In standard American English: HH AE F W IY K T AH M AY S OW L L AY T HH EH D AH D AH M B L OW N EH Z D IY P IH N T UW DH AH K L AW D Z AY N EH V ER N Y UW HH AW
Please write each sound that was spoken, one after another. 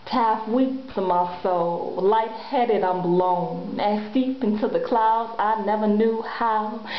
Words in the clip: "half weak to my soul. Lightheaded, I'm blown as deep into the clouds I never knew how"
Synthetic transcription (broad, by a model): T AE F W IY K S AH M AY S OW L L AY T HH EH D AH D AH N B L OW N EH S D IY P IH N T UW DH AH K L AW D Z AY N EH V ER N Y UW HH AW